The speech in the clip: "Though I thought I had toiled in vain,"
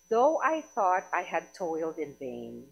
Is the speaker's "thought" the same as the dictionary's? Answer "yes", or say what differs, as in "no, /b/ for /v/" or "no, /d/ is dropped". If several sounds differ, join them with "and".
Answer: yes